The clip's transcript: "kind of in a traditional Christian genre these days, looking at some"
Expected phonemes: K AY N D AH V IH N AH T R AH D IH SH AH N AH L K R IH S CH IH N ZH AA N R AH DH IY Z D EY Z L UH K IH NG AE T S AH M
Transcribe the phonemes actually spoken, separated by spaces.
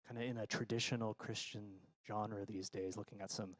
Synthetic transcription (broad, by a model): AY N D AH IH N AH T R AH D IH SH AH N L K R IH S CH IH N ZH AA N R AH DH IY Z D EY Z L UH K IH NG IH T S AH M